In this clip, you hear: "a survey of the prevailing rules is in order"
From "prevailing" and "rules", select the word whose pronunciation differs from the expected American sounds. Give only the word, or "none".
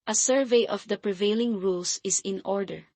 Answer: rules